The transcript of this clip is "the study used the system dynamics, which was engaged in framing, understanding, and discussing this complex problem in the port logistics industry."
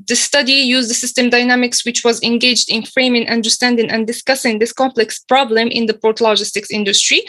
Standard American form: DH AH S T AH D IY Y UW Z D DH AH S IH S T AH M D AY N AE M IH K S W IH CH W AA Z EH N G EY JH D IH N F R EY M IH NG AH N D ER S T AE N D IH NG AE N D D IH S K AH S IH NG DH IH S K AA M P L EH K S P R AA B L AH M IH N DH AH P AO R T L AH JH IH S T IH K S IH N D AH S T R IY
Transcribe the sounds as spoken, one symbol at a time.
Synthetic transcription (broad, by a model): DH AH S T AH D IY Y UW Z D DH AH S IH S T AH M D AY N AE M IH K S W IH CH W AA Z EH N G EY JH D IH N F R EY M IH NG AH N D ER S T AE N D IH NG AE N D D IH S K AH S IH NG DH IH S K AA M P L EH K S P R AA B L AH M IH N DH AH P AO R T L AH JH IH S T IH K S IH N D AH S T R IY